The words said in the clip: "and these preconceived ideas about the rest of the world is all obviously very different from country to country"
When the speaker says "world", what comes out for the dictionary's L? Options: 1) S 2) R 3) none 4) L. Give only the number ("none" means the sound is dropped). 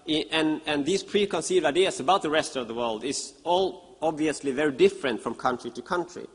4